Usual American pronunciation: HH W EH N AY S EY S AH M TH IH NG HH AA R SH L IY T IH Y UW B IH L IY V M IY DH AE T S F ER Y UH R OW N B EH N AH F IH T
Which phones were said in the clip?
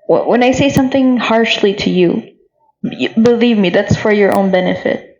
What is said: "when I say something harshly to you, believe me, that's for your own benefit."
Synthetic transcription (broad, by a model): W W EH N AY S EY S AH M TH IH NG HH AA R SH L IY T IH Y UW B IH L IY V M IY DH AE T S F ER Y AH R OW N B EH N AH F IH T